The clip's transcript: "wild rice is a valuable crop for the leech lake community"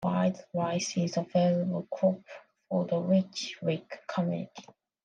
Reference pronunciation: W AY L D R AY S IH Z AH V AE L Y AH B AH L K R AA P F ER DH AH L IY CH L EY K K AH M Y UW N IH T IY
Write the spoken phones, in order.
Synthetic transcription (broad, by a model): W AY D R AY S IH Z AH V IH L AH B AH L K R AA P F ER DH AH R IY CH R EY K K AH M Y UW N IH T IY